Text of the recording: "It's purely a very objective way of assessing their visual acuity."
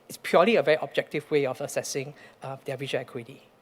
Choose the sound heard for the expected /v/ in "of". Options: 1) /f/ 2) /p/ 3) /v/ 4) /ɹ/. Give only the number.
1